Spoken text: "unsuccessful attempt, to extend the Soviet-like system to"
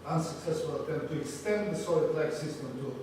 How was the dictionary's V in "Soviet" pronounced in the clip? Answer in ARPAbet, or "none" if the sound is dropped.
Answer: none